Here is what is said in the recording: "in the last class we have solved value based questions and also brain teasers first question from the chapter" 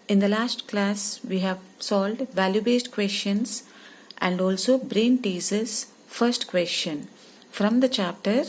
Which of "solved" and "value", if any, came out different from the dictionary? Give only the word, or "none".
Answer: solved